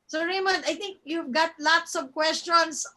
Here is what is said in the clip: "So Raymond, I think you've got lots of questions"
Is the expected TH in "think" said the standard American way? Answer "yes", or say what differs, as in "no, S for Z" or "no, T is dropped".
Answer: no, T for TH